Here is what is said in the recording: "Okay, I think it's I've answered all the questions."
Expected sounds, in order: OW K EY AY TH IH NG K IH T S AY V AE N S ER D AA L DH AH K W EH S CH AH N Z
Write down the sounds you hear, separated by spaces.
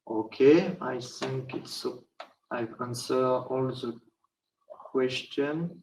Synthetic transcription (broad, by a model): OW K EY AY TH IH NG K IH T S AY V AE N S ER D AA L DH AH K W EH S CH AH N